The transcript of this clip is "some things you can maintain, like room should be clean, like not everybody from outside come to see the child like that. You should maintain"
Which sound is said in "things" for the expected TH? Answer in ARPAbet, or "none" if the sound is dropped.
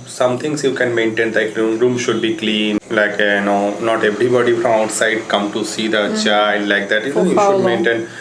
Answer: T